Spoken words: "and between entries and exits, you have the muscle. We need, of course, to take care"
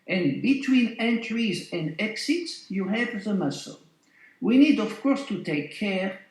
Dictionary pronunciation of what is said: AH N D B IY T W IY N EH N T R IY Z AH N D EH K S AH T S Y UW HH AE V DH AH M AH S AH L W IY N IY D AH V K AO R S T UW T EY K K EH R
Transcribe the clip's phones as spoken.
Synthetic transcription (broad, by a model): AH N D B IY T W IY N EH N T R IY Z AH N D EH K S AH T S Y UW HH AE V DH AH M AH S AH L W IY N IY D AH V K AO R S T UW T EY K K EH R